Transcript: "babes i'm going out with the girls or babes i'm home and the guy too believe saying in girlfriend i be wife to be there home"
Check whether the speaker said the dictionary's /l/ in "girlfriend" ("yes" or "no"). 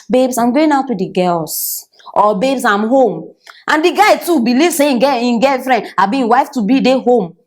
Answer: no